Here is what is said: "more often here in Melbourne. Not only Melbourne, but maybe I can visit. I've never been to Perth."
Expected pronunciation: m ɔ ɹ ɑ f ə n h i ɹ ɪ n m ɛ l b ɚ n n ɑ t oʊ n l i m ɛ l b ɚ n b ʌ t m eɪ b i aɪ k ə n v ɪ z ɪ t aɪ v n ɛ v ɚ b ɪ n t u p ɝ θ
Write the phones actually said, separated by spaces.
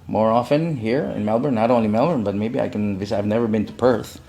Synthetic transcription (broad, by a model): m ɔ ɹ ɑ f ə n h i ɹ ɪ n m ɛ l b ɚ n n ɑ t oʊ n l i m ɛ l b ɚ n b ʌ t m eɪ b i aɪ k ə n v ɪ s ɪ ɪ v n ɛ v ɚ b ɪ n t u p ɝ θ